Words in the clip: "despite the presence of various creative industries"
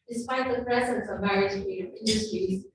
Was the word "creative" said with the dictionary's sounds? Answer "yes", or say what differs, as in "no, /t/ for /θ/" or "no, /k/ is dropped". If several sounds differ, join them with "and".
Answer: no, /ɹ/ is dropped